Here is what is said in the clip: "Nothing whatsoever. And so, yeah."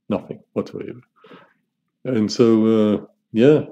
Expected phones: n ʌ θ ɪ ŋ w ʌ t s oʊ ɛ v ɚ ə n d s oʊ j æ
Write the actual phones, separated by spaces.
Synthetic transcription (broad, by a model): n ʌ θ ɪ ŋ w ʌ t oʊ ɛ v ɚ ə n s oʊ j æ